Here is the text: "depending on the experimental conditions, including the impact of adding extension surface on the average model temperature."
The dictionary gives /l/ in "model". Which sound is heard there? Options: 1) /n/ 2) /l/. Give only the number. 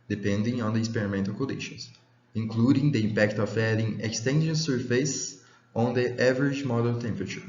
1